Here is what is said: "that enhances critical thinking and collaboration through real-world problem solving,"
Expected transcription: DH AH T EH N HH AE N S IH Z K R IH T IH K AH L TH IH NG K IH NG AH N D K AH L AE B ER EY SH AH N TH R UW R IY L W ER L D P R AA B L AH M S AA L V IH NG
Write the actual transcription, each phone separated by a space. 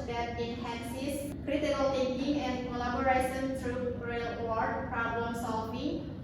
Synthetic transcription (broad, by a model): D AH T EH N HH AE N S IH S K R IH T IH K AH L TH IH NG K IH NG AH N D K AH L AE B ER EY S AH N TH R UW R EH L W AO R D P R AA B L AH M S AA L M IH